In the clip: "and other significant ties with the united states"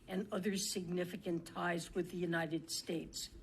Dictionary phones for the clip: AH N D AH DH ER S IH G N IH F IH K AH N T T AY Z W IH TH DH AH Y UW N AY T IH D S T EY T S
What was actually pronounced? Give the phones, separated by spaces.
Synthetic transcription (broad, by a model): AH N AH DH ER S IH G N IH F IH K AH N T T AY Z W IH DH AH Y UW N AY T IH D S T EY T S